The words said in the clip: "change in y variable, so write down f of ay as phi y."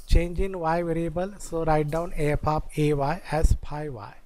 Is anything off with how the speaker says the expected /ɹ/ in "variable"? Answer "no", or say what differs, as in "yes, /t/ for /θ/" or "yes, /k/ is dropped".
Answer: no